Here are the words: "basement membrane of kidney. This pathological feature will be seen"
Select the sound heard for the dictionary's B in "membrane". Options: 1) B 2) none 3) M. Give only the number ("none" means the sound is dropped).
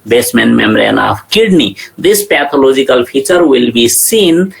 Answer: 2